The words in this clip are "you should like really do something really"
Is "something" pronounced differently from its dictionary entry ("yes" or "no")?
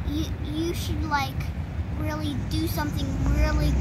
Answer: no